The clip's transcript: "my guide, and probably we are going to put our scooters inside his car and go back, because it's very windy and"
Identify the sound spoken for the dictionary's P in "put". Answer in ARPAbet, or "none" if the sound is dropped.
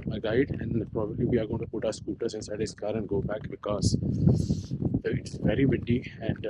P